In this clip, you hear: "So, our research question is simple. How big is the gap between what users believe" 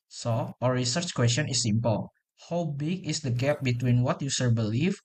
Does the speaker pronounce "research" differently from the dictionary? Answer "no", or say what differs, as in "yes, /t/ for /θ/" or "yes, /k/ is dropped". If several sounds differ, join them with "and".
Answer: no